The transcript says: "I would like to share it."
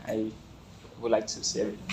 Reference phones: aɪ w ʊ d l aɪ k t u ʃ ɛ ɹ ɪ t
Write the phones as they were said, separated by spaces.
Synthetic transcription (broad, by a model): aɪ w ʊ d l aɪ k t u s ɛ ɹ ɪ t